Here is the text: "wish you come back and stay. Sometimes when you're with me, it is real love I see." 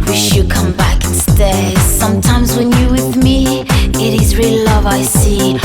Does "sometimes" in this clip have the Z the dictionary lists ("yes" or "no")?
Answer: yes